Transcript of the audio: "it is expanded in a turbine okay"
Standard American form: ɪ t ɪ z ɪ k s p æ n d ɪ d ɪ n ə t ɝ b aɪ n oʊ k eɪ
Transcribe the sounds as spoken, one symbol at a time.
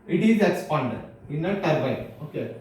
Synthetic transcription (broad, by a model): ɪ t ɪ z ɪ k s p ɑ n d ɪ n ɪ n ə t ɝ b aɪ oʊ k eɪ